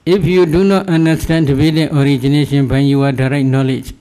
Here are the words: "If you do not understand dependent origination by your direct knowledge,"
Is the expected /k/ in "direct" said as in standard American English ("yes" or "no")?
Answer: no